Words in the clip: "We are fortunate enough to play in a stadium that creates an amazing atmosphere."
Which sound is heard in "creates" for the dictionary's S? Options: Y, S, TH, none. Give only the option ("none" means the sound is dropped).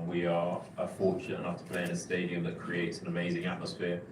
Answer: S